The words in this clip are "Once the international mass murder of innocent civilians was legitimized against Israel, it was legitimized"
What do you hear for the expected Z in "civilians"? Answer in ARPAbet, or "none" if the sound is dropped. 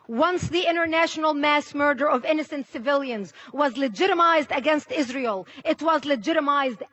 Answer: Z